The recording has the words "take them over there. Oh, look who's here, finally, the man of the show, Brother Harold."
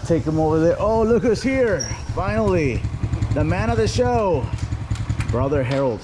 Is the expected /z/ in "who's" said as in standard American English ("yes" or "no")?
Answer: no